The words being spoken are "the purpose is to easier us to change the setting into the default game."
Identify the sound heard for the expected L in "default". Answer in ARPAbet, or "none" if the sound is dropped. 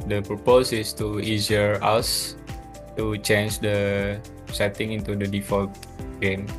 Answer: L